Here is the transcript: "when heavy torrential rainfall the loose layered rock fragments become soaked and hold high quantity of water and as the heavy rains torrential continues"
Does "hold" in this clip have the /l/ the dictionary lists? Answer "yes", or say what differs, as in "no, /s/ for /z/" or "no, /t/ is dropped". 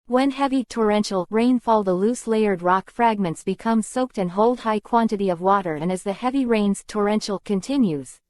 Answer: yes